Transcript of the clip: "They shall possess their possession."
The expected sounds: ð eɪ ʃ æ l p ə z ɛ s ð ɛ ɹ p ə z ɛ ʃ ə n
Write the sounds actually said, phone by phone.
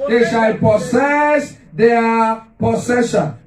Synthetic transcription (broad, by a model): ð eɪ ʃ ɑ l p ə s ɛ s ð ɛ p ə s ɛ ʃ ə n